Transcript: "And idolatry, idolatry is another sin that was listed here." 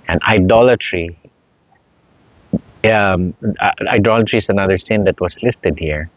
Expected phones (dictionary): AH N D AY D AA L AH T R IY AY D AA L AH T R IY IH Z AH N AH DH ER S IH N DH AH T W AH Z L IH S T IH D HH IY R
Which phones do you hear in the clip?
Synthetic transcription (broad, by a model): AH N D AY D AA L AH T R IY AY D AA L AH T R IY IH S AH N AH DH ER S IH N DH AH T W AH S L IH S T IH D HH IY R